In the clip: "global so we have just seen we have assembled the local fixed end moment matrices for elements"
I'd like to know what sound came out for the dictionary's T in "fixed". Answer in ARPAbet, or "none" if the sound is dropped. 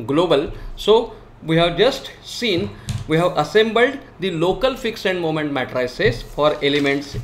none